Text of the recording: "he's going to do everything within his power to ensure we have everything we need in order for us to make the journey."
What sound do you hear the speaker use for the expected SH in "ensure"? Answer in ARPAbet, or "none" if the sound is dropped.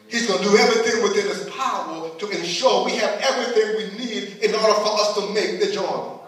SH